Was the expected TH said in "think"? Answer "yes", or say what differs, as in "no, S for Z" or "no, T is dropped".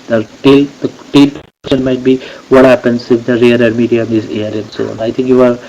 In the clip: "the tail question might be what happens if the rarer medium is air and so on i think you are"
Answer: no, T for TH